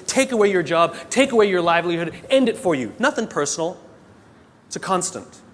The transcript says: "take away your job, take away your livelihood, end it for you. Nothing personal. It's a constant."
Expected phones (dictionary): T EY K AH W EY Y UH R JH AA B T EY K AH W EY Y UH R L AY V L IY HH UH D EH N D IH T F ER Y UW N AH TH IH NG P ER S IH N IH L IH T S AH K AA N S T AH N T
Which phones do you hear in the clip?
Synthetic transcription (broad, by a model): T EY K AH W EY Y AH R JH AA B T EY K AH W EY Y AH R L AY V L IY HH UH D EH N D IH T F ER Y UW N AH TH IH NG P ER S N L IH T S AH K AA N S T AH N T